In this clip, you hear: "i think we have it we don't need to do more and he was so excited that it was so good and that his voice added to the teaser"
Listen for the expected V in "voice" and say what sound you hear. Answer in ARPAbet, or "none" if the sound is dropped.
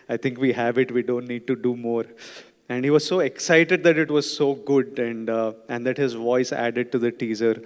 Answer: V